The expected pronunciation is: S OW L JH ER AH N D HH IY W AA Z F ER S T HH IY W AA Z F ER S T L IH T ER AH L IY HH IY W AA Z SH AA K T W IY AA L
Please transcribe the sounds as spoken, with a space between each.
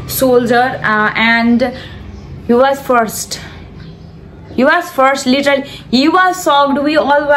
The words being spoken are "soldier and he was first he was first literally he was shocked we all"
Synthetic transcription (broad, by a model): S OW L JH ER AH N D HH IY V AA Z F ER S T HH IY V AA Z F ER S T L IH T ER AH L IY HH IY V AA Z S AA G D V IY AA L